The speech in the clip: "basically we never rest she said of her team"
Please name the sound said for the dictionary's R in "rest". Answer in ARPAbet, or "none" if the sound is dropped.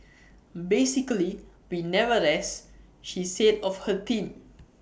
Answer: L